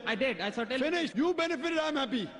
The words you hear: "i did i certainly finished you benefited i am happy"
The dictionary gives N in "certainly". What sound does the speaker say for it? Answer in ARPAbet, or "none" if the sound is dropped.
none